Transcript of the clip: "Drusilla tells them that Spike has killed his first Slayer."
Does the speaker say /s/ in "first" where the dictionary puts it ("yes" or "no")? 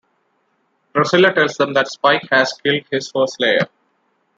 no